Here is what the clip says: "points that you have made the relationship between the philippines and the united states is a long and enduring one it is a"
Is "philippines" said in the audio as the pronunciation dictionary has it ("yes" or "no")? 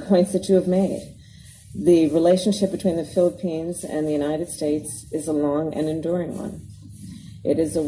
yes